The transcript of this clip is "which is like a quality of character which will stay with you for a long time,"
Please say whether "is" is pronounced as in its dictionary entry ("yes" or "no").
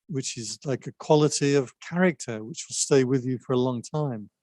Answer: yes